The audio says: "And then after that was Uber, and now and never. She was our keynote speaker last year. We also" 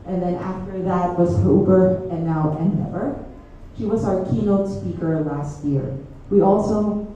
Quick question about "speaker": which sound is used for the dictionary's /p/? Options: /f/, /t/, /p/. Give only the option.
/p/